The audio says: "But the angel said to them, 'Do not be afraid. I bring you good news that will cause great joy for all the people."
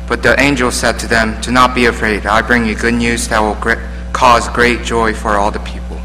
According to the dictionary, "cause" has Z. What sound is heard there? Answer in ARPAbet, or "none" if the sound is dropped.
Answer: Z